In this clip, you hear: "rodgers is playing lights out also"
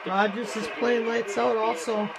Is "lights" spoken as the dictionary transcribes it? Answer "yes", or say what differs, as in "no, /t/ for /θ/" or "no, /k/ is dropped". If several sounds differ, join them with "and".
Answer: yes